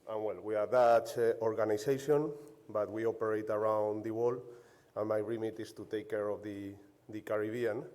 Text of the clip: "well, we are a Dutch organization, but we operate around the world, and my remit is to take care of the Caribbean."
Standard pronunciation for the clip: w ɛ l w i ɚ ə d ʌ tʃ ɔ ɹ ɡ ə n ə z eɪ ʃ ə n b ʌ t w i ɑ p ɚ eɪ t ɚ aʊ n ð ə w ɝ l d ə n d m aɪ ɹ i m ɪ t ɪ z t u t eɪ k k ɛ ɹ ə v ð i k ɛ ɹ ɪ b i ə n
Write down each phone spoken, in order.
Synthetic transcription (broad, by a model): w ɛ l w i ə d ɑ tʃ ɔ ɹ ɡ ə n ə s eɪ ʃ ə n b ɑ t w i ɑ p ɚ eɪ t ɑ aʊ n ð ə w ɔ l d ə n m aɪ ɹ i m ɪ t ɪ s t u t eɪ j k ɛ ɹ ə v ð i k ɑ ɹ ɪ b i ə n